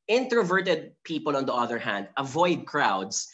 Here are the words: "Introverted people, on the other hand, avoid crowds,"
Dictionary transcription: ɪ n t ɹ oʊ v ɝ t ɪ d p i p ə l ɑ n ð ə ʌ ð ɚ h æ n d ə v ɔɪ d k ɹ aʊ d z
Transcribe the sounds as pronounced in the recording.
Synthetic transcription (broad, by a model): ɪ n t ɹ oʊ v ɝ t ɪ d p i p ə l ɑ n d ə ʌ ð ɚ h æ n d ə v ɔɪ d k ɹ aʊ d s